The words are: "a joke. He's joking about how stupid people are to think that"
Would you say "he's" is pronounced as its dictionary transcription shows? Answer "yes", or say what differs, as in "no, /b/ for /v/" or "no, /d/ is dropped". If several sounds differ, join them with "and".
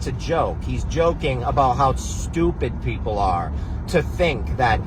yes